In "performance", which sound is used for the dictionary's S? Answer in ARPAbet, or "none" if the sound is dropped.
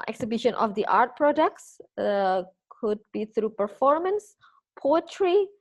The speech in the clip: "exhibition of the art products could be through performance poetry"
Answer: S